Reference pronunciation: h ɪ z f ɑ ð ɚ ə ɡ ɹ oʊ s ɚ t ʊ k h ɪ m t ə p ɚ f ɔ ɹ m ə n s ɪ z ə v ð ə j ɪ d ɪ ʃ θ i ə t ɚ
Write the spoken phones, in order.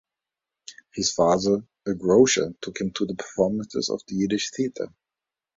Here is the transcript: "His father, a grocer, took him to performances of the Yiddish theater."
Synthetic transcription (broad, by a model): h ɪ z f ɑ ð ɚ ə ɡ ɹ oʊ ʃ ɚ t ʊ k h ɪ m t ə p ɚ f ɔ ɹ m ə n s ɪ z ə v ð ə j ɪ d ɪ ʃ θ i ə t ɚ